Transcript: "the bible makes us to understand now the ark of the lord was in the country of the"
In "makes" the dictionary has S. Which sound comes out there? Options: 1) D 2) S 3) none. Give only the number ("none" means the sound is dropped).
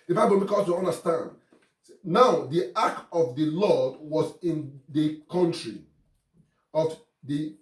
3